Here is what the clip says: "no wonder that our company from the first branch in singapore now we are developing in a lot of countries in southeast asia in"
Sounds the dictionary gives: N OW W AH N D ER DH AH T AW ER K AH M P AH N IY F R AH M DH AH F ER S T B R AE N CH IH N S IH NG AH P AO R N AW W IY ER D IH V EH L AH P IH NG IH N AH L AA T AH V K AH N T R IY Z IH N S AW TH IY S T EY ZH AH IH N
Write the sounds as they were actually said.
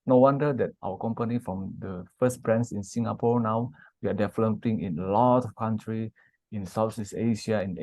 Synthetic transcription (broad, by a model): N OW W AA N D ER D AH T AW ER K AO M P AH N IY F R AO M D AH F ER S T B R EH N S IH N S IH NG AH P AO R N AW W IY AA D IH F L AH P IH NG IH N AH L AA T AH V K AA N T R IY IH N S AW S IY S EY SH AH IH N